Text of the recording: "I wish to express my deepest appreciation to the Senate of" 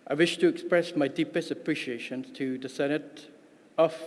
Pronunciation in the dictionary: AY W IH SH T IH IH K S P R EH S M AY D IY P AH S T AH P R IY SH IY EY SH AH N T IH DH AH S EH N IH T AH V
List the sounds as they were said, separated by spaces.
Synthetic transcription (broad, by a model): AY W IH SH T IH IH K S P R EH S M AY D IY P AH S T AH P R IY SH IY EY SH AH N T IH DH AH S EH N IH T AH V